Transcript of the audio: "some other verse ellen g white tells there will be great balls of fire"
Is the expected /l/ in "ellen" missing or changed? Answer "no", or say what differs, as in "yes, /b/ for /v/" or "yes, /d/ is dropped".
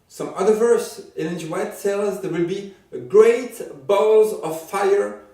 yes, /n/ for /l/